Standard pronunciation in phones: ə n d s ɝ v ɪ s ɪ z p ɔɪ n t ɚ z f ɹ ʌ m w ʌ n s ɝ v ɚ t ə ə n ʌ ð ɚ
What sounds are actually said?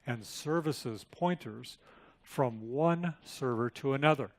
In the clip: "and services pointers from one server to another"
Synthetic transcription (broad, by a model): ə n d s ɝ v ɪ s ɪ z p ɔɪ n t ɚ z f ɹ ʌ m w ʌ n s ɝ v ɚ t ə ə n ʌ ð ɚ